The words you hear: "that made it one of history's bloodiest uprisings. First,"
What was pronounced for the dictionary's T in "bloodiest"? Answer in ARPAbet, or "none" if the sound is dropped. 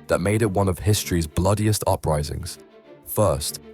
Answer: T